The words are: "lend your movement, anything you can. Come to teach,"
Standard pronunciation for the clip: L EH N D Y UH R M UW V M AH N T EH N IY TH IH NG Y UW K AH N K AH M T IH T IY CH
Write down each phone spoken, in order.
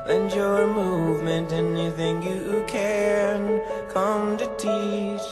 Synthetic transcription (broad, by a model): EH N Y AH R M UW V M AH N T EH N IY TH IH NG Y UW K AH N K AH M T IH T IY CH